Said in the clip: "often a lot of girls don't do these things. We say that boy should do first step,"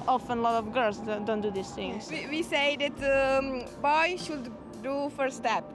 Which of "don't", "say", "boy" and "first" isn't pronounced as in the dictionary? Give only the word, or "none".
first